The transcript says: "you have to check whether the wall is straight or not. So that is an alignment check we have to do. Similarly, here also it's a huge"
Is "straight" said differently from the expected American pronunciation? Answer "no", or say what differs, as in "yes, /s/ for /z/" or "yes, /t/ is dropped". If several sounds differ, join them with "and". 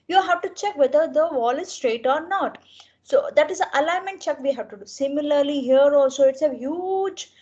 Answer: no